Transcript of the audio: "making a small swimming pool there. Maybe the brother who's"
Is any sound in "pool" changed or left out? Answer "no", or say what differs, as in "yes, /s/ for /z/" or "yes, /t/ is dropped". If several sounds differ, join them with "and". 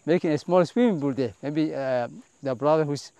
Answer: yes, /b/ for /p/